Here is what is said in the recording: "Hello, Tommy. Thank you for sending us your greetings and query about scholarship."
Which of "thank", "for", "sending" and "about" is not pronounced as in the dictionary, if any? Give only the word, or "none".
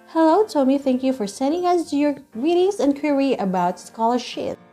none